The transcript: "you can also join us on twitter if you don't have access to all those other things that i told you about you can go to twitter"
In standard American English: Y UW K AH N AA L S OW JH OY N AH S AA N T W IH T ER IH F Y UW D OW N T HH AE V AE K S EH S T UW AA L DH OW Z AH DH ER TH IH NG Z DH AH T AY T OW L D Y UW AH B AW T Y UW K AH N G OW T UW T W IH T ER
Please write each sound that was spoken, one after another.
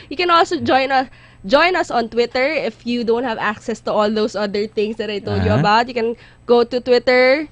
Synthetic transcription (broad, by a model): Y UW K AH N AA L S OW JH OY N AH S AA N T W IH T ER IH F Y UW D OW N T HH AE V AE K S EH S T UW AA L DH OW S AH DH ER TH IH NG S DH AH T AY T OW L D Y UW AH B AW T Y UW K AH N G OW T UW T W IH T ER